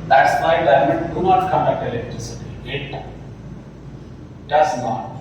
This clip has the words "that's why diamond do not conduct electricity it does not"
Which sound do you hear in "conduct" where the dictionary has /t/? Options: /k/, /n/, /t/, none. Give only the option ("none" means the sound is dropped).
none